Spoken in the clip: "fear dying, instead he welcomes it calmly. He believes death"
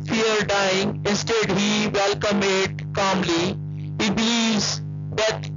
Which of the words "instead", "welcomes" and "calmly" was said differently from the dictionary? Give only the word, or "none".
welcomes